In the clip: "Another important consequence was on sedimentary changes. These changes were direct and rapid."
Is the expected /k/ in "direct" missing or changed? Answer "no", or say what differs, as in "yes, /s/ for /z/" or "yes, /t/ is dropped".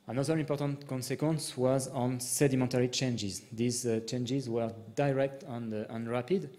no